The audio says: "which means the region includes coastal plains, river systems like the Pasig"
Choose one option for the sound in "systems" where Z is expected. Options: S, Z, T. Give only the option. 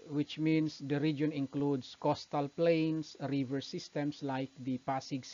S